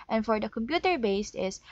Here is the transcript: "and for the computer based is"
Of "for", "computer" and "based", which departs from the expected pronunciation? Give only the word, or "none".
none